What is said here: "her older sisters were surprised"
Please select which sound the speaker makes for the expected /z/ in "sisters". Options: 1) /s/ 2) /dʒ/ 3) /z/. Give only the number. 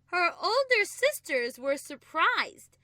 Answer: 3